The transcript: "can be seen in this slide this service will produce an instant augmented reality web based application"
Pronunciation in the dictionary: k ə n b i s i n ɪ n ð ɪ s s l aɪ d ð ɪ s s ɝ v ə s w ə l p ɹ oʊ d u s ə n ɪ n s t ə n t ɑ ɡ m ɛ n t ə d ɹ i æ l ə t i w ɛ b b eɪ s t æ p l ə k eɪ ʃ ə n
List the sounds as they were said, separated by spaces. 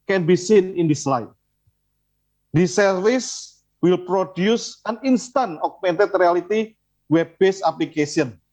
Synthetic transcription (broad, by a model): k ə n b i s i n ɪ n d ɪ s s l aɪ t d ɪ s s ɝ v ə s w ə l p ɹ oʊ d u s ə n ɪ n s t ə n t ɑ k m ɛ n t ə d ɹ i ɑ l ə t i w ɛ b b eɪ s ɑ p l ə k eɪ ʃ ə n